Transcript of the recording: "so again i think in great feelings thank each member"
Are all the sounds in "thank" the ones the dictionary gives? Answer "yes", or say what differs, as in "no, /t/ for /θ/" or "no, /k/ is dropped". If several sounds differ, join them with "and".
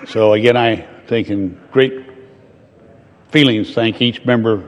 yes